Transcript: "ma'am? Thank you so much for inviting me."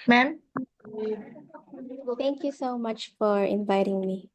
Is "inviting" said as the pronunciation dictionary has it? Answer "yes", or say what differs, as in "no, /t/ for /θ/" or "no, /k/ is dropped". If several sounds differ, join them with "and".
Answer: yes